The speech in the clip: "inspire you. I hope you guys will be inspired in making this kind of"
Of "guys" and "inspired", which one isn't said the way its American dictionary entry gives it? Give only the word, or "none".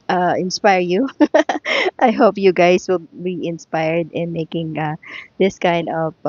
guys